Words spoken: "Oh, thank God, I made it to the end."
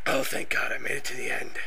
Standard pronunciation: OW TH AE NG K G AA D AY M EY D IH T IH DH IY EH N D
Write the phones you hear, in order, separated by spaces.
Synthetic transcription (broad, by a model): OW TH AE NG K G AA D AY M EY D IH T IH DH IY EH N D